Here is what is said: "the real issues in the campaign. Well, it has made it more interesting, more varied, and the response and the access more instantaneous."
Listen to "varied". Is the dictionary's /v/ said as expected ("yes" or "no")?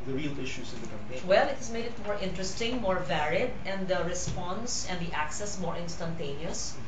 yes